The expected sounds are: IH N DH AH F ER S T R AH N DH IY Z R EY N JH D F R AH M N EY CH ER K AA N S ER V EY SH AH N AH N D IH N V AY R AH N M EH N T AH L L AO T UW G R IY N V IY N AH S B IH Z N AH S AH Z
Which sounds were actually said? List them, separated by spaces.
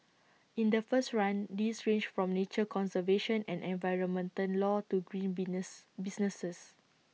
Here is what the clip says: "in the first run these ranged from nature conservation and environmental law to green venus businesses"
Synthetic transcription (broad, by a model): IH N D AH F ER S T R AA N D IY S R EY N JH F R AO M N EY CH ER K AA N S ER V EY SH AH N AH N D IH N V AY R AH N M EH N T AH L L AO T UW G R IY N B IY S N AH S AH S